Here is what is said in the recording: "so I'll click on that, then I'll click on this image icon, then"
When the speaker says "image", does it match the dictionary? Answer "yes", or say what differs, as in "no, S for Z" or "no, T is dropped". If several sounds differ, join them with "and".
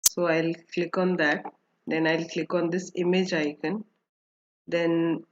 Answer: yes